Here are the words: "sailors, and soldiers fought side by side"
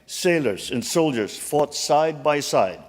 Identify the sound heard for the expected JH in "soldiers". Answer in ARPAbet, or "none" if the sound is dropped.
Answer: JH